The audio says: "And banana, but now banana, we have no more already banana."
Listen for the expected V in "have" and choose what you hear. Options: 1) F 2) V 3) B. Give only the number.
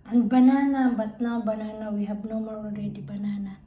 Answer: 3